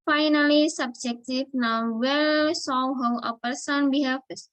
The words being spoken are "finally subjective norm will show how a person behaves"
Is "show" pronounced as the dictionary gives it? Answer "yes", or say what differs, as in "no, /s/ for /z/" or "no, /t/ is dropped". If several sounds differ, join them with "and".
no, /s/ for /ʃ/